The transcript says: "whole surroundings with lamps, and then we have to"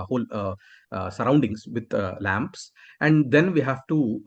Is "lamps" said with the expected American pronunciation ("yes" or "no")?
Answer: yes